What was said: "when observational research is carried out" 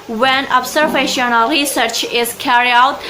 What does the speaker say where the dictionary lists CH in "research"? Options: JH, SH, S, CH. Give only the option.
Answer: CH